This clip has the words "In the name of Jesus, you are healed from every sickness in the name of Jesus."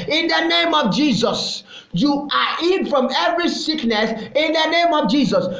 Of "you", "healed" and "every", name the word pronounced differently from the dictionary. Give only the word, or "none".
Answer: healed